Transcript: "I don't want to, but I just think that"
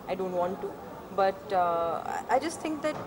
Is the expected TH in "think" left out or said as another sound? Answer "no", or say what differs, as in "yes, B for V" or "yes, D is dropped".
yes, T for TH